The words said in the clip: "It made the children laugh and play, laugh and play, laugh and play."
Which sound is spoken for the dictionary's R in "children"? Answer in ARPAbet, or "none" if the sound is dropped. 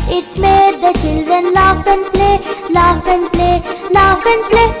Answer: none